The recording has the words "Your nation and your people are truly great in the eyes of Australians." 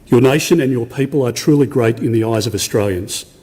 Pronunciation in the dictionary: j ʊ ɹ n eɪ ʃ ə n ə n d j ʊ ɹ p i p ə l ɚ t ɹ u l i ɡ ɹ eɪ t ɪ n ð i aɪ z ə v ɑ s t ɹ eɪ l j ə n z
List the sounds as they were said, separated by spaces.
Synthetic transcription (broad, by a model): j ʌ ɹ n eɪ ʃ ə n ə n j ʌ ɹ p i p ə l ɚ t ɹ u l i ɡ ɹ eɪ t ɪ n ð i aɪ z ə v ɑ s t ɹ eɪ l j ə n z